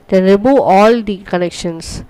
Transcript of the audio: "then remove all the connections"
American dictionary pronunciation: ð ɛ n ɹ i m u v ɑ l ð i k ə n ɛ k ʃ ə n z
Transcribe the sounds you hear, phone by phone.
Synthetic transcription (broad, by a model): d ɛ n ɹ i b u ɑ l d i k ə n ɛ k ʃ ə n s